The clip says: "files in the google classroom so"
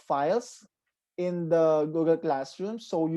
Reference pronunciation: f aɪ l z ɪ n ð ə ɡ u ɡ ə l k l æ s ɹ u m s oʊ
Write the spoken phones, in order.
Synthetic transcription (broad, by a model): f aɪ l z ɪ n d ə ɡ u ɡ ə l k l æ s ɹ u m s oʊ